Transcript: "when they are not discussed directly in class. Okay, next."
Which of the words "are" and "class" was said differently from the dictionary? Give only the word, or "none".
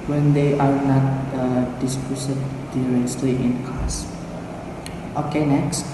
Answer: class